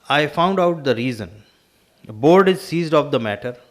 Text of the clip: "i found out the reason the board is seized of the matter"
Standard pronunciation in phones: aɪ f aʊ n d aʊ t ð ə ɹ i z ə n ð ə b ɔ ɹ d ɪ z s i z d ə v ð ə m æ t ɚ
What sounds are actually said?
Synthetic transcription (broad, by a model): aɪ f aʊ n d aʊ t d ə ɹ i z ə n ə b ɔ ɹ d ɪ z s i z d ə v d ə m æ t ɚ